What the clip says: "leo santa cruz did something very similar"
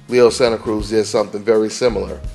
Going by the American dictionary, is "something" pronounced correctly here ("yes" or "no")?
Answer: yes